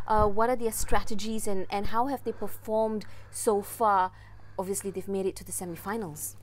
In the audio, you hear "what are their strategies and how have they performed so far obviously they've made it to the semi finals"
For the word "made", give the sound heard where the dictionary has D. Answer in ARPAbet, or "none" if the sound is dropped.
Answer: D